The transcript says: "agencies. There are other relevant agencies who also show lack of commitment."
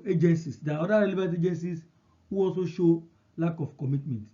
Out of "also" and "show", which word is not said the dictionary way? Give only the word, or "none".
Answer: none